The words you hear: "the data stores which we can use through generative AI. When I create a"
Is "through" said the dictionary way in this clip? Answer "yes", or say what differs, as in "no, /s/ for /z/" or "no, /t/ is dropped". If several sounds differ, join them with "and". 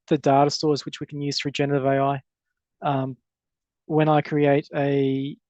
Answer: no, /f/ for /θ/